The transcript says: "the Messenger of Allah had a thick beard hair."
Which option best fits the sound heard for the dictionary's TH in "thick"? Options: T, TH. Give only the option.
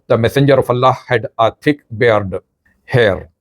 T